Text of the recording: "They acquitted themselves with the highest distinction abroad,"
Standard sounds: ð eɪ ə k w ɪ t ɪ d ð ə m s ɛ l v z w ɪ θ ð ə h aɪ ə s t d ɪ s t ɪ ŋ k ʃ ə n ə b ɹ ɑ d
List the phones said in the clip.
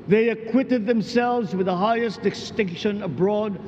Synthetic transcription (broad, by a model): ð eɪ ə k w ɪ t ɪ d ð ə m s ɛ l v z w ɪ ð ə h aɪ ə s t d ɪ s t ɪ ŋ k ʃ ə n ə b ɹ ɑ d